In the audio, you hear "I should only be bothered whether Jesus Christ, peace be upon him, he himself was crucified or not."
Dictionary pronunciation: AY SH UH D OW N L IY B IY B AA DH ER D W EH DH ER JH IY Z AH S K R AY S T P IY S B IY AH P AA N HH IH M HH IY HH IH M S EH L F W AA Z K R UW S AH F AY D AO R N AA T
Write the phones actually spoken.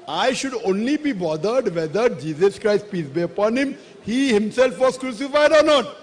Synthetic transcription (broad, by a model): AY SH UH D OW N L IY B IY B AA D ER D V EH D ER JH IY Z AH S K R AY S T P IY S B IY AH P AA N HH IH M HH IY HH IH M S EH L F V AA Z K R UW S AH F AY D AO R N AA T